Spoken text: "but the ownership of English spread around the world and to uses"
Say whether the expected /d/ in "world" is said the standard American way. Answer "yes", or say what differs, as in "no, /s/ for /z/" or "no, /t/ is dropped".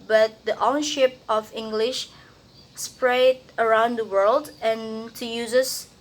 yes